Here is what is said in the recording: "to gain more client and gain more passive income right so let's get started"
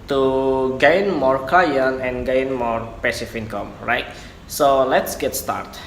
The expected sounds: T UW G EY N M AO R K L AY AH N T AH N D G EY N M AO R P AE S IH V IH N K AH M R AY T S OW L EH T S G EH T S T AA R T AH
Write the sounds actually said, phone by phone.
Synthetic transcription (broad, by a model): T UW G EY N M AO R K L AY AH N AH N G EY N M AO R P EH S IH F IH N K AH M R AY T S OW L EH T S G EH T S T AA R T